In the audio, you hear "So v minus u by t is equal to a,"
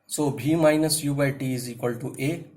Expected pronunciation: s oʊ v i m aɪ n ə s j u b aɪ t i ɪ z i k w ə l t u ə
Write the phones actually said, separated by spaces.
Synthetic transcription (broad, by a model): s oʊ b i m aɪ n ə s j u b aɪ t i ɪ z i k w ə l t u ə